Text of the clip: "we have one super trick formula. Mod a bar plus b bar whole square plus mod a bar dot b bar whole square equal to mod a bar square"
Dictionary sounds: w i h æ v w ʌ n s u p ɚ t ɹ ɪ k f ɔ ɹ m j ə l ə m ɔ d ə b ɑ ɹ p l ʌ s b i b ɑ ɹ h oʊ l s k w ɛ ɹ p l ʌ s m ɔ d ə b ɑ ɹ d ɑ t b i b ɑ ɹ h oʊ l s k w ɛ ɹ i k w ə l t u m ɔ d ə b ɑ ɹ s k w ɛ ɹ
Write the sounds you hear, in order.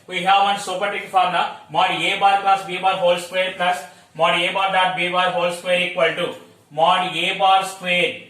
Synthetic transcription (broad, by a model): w i h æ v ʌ n s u p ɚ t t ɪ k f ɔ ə n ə m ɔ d ə b ɑ ɹ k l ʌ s b i b ɑ ɹ h oʊ l s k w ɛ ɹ p l ʌ s m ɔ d ə b ɑ ɹ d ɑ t b i b ɑ ɹ h oʊ l s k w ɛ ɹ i k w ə l t u m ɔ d ə b ɑ ɹ s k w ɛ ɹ